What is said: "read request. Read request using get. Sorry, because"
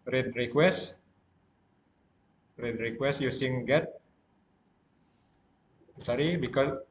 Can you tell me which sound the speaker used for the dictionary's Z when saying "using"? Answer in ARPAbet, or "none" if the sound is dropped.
S